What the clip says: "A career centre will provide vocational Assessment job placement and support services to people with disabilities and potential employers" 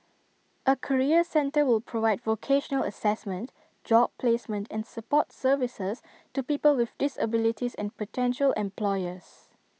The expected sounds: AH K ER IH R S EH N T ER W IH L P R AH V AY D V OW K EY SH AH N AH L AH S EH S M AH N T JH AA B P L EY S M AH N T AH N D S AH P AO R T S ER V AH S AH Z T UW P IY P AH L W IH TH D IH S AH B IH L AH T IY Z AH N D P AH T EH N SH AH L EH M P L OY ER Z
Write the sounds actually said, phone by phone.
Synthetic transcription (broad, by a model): AH K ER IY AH S EH N T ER W IH L P R AH V AY D V OW K EY SH AH N AH L AH S EH S M AH N T JH AA B P L EY S M AH N T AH N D S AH P AO T S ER V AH S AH S T UW P IY P AH L W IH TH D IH S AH B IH L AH T IY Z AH N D P AH T EH N SH AH L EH M P L OY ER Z